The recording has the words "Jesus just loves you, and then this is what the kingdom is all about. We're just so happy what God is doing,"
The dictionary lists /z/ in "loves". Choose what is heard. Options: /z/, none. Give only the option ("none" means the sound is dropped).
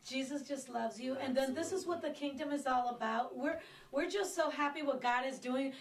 /z/